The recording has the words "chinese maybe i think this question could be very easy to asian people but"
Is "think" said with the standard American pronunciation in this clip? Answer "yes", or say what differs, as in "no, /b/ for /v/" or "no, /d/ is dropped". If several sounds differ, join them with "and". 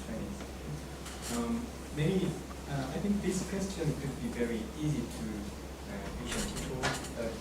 yes